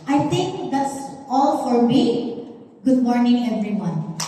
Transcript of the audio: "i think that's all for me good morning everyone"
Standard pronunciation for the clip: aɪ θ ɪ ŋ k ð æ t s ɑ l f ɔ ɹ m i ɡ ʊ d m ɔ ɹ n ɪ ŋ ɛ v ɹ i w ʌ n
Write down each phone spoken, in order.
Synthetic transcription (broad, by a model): aɪ t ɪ ŋ k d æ t s ɑ l f ɔ ɹ m i ɡ ʊ d m ɔ ɹ n ɪ ŋ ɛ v ɹ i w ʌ n